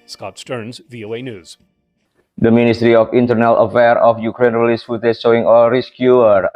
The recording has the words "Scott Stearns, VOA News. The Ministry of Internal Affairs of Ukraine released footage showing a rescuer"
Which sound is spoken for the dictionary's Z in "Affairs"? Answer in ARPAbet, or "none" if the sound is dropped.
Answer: none